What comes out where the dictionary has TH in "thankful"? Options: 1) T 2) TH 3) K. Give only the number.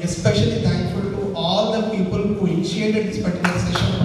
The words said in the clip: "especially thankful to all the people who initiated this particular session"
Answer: 1